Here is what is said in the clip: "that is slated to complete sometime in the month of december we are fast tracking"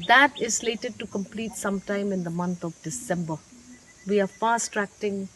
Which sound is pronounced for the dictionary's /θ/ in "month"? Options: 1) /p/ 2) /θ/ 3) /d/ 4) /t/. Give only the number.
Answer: 4